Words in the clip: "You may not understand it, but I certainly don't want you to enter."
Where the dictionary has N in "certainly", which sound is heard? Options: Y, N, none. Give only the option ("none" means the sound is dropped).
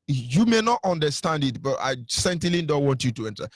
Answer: none